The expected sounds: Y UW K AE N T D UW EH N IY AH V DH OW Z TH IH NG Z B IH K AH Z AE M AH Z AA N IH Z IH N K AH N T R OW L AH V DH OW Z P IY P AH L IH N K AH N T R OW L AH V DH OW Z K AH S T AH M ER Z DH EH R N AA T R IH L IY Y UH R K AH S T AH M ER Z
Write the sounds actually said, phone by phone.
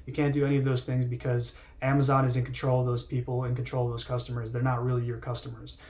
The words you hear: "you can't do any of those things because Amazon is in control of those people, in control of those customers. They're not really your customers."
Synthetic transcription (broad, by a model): Y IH K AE N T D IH EH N IY AH V DH OW Z TH IH NG Z B IH K AH Z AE M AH Z AA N IH Z IH N K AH N T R OW L AH V DH OW Z P IY P L IH N K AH N T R OW L AH V DH OW Z K AH S T AH M ER Z DH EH R N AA T R IH L IY Y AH R K AH S T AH M ER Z